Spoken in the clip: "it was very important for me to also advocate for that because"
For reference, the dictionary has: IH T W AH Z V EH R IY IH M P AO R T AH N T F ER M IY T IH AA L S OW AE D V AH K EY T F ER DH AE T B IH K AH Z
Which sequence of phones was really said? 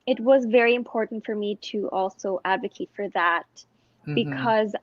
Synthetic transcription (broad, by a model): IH T W AH Z V EH R IY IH M P AO R T N T F ER M IY T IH AA L S OW AE D V AH K EY T F ER DH AE T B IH K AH Z